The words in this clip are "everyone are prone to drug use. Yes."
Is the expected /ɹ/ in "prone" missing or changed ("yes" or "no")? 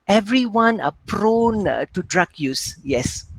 no